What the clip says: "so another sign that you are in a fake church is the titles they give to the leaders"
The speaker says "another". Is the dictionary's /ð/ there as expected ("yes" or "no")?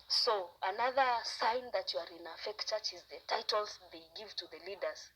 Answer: yes